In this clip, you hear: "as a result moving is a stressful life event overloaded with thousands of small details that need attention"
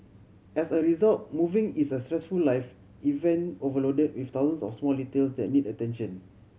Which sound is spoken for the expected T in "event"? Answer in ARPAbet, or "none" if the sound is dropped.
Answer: none